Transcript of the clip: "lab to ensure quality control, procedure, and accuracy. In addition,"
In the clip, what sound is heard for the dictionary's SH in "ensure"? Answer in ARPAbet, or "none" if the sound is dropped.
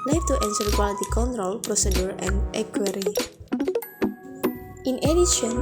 S